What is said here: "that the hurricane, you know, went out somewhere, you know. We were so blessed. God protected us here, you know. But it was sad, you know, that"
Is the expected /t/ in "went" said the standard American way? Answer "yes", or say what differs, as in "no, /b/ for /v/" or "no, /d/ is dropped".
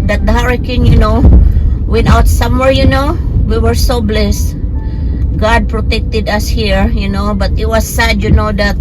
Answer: no, /t/ is dropped